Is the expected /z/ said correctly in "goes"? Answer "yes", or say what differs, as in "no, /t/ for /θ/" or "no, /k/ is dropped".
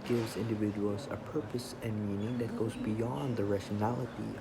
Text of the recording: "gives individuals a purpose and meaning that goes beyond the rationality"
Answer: yes